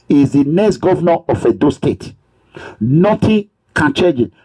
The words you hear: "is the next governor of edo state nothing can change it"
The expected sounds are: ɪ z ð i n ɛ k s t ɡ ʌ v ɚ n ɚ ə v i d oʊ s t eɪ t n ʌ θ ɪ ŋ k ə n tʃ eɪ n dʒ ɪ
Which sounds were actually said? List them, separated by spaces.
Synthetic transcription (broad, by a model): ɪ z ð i n ɛ k s t ɡ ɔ v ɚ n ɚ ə f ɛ d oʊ s t eɪ t n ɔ t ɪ k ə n tʃ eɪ dʒ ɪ